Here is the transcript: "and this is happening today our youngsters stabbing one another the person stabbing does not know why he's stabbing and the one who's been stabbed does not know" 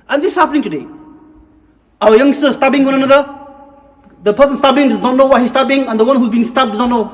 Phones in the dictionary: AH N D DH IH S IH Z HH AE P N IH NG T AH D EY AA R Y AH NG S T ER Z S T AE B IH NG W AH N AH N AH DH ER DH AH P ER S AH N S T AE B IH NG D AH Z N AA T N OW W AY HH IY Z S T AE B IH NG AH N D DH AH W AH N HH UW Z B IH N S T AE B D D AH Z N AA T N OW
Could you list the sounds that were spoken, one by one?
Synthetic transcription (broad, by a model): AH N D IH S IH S HH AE P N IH NG T AH D EY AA W Y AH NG S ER S T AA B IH NG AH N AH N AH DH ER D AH P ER S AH N S T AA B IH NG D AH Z N AA T N OW W AY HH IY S T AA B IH NG AH N D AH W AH N HH UW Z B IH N S T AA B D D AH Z N AA T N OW